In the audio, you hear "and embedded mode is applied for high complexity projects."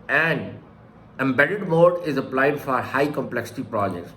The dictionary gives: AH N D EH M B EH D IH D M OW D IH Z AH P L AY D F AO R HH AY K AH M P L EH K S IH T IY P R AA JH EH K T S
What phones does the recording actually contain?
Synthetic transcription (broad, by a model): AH N D EH M B EH D IH D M OW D IH Z AH P L AY D F AO R HH AY K AH M P L EH K S IH T IY P R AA JH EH K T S